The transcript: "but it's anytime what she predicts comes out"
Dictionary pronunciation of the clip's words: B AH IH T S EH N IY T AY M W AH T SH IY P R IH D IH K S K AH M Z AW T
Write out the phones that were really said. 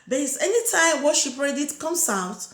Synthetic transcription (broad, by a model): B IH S EH N IY T AY M W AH SH IY P R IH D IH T K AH M S AW T